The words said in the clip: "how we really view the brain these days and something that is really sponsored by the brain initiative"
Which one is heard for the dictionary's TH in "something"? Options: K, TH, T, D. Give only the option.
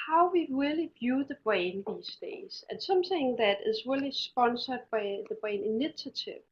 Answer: TH